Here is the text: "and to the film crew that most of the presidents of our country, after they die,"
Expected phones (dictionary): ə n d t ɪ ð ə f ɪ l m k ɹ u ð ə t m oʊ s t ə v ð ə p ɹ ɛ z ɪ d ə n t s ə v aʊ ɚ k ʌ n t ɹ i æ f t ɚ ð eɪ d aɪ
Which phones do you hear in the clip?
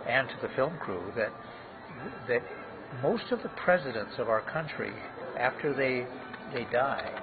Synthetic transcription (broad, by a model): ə n t ɪ ð ə f ɪ l m k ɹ u ð ə t m oʊ s t ə v ð ə p ɹ ɛ z ɪ d ə n t s ə v aʊ ɚ k ʌ n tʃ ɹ i æ f t ɚ ð eɪ d aɪ